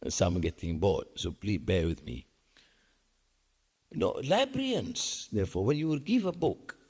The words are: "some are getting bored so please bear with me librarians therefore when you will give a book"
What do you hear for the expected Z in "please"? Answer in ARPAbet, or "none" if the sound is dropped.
none